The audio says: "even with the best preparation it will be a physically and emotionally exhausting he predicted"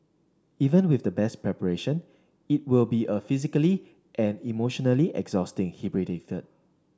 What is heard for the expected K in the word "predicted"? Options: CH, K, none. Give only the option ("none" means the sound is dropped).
none